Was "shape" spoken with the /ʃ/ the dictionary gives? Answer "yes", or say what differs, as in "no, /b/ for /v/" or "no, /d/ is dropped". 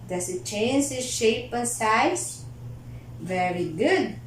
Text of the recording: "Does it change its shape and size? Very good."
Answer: yes